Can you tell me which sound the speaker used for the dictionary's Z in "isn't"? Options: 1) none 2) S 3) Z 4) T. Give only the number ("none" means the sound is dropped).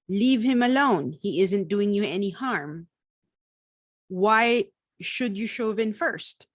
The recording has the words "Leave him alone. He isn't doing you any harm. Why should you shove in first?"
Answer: 3